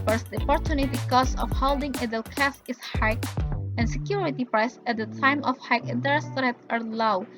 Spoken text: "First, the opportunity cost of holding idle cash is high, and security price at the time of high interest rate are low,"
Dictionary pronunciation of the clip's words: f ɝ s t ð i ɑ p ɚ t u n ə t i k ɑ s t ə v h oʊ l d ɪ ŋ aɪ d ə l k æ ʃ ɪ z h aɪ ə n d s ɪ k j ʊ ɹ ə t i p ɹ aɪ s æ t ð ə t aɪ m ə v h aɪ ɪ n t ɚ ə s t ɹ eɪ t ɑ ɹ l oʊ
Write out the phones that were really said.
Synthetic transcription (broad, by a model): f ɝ s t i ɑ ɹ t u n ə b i k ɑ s ə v h oʊ l d ɪ ŋ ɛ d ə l k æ s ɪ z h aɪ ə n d s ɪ k j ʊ ɹ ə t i p ɹ aɪ s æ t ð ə t aɪ m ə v h aɪ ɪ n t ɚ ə s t ɹ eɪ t ɑ ɹ l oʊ